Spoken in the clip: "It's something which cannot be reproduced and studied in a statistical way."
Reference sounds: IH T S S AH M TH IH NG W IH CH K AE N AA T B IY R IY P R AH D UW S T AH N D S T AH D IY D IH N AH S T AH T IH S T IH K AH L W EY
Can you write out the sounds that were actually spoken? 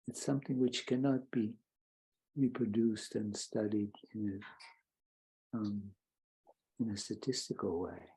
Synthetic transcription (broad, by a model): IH T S S AH M TH IH NG W IH CH K AE N AA T B IY R IY P R AH D UW S T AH N S T AH D IY D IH N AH S T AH T IH S T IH K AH L W EY